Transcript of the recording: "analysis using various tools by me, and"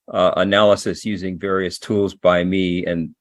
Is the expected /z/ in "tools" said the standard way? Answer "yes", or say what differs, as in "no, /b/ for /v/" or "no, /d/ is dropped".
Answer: yes